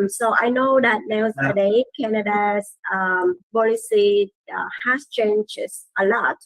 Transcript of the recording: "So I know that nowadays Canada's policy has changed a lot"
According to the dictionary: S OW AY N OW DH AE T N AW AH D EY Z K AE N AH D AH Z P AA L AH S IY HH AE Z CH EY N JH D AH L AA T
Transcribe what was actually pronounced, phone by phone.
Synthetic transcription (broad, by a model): S OW AY N OW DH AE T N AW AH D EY K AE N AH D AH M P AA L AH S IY HH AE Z CH EY N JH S AH L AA T